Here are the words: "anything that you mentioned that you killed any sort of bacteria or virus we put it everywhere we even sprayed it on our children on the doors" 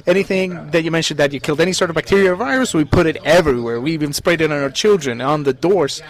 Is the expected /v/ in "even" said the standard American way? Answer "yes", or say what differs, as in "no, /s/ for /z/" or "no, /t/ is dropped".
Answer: no, /b/ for /v/